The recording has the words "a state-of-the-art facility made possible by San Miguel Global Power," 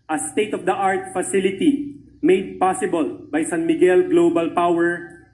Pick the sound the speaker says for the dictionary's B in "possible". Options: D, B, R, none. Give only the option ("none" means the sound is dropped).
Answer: B